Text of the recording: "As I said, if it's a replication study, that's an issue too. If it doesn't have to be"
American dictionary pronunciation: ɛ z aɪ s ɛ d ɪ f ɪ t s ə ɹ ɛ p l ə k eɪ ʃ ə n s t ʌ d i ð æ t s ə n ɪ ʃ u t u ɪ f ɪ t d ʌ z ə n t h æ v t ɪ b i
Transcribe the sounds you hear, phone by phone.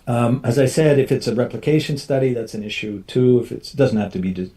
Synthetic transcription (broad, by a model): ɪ z aɪ s ɛ d ɪ f ɪ t s ə ɹ ɛ p l ə k eɪ ʃ ə n s t ʌ d i ð æ t s n ɪ ʃ u t u ɪ f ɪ t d ʌ z n t h æ f t ɪ b i